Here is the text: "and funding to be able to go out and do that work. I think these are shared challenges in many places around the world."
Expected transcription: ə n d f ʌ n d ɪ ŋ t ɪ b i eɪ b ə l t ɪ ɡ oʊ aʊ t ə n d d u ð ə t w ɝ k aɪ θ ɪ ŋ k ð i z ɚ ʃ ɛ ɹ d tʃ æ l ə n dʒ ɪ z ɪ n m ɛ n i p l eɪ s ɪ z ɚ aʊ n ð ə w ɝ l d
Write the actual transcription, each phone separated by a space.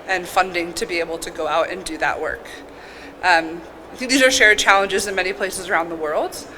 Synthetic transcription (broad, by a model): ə n f ʌ n d ɪ ŋ t ɪ b i eɪ b l t ɪ ɡ oʊ aʊ t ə n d d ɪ ð ə t w ɝ k aɪ θ ɪ ŋ k ð i z ɚ ʃ ɛ ɹ d tʃ æ l ə n dʒ ɪ z ɪ n m ɛ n i p l eɪ s ɪ z ɚ aʊ n ð ə w ɝ l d